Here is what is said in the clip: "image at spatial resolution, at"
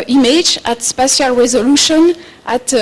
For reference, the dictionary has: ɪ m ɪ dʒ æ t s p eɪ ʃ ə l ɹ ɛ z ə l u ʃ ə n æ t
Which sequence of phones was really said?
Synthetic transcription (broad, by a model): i m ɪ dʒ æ t s p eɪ s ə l ɹ ɛ z ə l u ʃ ə n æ t